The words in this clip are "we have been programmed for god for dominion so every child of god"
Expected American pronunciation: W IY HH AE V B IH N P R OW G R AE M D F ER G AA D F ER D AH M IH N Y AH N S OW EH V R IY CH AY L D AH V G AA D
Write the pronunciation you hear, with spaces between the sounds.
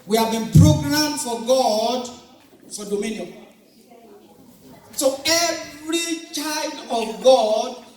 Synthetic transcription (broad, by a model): W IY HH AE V B IH N P R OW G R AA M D F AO G AA D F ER D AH M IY N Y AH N S OW EH V R IY CH AY L D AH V G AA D